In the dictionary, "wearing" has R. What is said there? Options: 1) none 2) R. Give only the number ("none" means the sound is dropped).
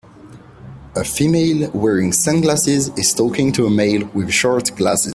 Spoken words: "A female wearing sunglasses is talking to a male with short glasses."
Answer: 2